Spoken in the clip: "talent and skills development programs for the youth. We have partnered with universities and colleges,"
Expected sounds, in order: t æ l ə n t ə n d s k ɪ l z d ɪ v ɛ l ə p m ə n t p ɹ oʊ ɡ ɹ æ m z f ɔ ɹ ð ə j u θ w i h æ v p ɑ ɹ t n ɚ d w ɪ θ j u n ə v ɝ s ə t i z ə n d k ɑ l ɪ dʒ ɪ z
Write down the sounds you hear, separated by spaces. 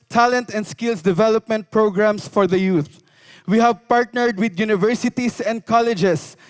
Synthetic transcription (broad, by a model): t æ l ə n t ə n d s k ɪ l s d ɪ v ɛ l ə p m ə n t p ɹ oʊ ɡ ɹ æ m s f ɔ ɹ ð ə j u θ w i h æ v p ɑ ɹ t n ɚ d w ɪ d j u n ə v ɝ s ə t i s ə n d k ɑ l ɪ dʒ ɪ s